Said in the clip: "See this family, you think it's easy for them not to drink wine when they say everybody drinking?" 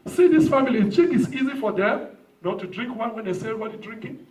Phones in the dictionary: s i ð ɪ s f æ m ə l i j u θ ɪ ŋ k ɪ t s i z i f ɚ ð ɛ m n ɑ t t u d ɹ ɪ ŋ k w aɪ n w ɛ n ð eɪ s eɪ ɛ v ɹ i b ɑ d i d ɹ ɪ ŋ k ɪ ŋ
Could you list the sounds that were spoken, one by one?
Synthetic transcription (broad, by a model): s i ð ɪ s f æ m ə l i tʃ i k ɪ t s i z i f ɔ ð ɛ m n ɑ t t u d ɹ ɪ ŋ k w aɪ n w ɛ n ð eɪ s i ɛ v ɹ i b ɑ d i d ɹ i ŋ k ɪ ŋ